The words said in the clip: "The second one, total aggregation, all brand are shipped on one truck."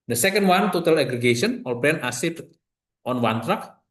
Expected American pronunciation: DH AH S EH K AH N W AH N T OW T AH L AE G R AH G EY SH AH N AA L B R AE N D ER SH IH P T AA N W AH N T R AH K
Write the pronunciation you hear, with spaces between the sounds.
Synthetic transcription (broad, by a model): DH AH S EH K AH N W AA N T OW T AH L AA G R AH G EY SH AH N AA L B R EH N AA S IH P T AA N W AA N T R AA K